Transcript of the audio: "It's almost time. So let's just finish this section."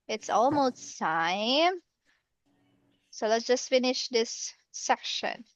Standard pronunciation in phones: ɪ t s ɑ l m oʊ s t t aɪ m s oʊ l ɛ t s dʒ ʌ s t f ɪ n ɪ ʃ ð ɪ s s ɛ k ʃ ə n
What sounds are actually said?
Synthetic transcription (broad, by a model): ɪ t s ɑ l m oʊ s t s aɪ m s oʊ l ɛ t s dʒ ʌ s t f ɪ n ɪ ʃ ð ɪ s s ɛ k ʃ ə n